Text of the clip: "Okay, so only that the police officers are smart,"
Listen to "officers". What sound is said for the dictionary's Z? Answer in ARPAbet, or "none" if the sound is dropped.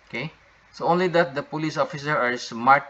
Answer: none